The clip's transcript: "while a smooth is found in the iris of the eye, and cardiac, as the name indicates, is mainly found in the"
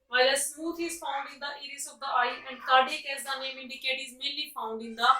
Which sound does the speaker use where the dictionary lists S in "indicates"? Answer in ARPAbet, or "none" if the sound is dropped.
none